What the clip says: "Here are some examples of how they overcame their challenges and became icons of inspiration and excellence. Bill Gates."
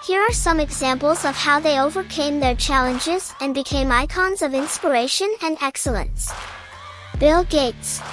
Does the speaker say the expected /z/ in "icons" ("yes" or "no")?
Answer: yes